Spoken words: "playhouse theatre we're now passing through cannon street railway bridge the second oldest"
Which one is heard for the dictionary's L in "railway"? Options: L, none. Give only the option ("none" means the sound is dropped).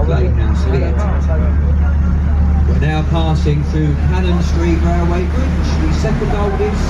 none